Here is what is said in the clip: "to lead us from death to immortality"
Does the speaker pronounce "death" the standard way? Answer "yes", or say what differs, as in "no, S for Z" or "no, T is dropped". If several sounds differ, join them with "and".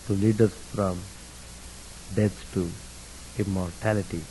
no, S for TH